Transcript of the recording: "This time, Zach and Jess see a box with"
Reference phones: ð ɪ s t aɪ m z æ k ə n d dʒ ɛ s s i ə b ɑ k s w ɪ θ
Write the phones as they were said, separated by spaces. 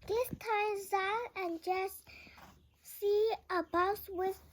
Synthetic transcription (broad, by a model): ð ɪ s t aɪ m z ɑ ə n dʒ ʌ s s i ə b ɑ s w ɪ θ